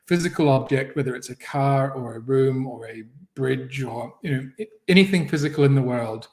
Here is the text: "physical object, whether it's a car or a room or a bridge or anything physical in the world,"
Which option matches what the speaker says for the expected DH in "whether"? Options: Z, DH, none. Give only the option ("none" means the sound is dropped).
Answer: DH